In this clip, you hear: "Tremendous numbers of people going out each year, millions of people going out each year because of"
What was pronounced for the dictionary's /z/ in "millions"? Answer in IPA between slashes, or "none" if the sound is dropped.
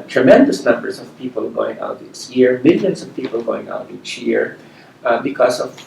/s/